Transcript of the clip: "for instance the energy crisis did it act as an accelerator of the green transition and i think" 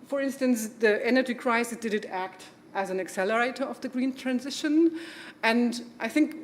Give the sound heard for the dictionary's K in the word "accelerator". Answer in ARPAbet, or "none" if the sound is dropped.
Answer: K